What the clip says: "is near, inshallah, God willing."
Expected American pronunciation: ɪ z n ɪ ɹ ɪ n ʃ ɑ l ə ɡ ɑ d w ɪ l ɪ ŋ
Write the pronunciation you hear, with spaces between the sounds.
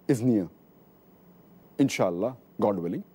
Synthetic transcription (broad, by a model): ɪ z n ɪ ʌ ɪ n ʃ ɑ l ə ɡ ɑ d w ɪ l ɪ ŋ